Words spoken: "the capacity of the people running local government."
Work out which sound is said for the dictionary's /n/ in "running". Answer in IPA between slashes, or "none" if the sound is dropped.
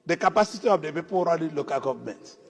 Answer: /l/